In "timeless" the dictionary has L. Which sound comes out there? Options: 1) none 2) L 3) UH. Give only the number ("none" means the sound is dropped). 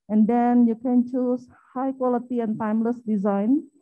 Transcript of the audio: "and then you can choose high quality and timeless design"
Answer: 2